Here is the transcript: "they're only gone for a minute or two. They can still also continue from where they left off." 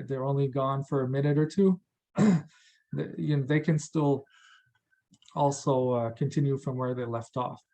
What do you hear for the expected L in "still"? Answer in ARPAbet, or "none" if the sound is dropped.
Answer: L